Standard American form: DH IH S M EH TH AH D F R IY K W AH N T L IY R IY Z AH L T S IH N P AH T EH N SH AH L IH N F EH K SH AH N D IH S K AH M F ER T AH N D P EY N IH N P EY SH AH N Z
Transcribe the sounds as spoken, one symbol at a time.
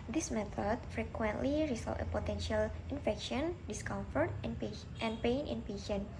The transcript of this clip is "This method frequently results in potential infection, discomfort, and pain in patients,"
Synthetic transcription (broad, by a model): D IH S M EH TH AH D F R IY K W AH N T L IY R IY S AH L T IH P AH T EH N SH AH L IH N F EH K SH AH N D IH S K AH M F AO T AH N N P EY N IH N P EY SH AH N